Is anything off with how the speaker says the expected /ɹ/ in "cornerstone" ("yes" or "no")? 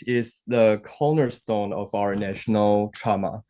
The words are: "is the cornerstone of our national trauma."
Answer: yes